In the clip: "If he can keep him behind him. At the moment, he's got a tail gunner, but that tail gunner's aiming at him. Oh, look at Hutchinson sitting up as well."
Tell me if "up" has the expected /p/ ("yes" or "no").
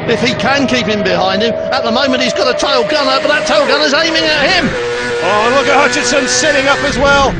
yes